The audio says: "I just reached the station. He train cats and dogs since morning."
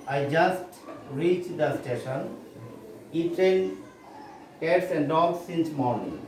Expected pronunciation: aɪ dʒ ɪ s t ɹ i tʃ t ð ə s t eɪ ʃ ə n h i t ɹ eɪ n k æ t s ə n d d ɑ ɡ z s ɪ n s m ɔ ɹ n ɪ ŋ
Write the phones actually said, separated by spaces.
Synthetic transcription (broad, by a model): aɪ dʒ ɪ s t ɹ i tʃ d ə s t eɪ ʃ ə n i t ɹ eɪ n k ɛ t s ə n d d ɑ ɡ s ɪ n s m ɔ ɹ n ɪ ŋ